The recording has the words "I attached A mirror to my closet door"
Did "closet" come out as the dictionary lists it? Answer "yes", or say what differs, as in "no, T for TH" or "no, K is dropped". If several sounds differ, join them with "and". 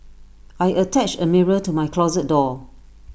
yes